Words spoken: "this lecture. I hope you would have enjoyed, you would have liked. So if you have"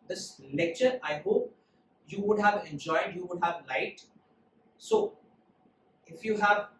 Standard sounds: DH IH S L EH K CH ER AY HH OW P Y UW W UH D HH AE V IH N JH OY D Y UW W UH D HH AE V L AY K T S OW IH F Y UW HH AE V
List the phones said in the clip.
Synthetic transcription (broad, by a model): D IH S L EH K CH ER AY HH OW P Y UW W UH D HH AE V IH N JH OY D Y UW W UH D HH AE V L AY T S OW IH F Y UW HH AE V